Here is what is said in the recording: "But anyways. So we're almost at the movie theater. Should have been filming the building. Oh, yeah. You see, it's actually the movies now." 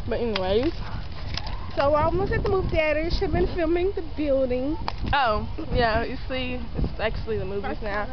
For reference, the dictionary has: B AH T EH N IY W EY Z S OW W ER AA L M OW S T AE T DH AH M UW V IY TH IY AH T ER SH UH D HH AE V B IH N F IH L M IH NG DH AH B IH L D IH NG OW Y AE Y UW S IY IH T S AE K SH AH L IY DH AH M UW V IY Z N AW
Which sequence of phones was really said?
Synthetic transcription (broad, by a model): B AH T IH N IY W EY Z S OW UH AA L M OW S AE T DH AH M UW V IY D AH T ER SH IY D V B IH N F IH L M IH NG DH AH B IH L D IH NG OW Y AE Y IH S IY IH T S AE K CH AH L IY DH AH M UW V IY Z N AW